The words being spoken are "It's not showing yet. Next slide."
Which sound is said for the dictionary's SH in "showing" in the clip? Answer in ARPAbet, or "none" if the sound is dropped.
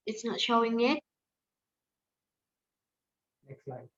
SH